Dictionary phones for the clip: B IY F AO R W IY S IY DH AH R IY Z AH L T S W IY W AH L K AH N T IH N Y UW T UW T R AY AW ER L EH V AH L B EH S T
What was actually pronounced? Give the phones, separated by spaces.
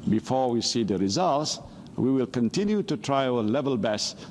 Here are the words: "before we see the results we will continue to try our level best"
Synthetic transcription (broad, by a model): B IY F AO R W IY S IY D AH R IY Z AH L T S W IY W AH L K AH N T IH N Y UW T UW T R AY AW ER L EH V AH L B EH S